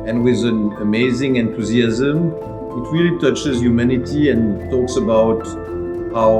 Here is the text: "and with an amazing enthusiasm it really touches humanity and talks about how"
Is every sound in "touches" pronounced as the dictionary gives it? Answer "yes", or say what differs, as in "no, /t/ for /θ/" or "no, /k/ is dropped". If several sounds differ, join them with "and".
yes